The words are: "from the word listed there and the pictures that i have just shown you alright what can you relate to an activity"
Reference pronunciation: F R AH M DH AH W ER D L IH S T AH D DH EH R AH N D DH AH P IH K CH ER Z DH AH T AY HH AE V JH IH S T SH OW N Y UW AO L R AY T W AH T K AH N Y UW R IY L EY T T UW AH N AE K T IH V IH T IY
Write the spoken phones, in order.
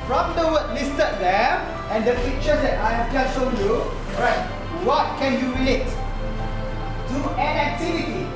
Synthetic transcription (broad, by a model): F R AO M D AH W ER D L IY S T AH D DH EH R AH N D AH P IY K CH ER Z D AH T AY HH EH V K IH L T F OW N Y UW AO R AY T W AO T K AH N Y UW R IY L EY T T UW AH N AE K T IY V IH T IY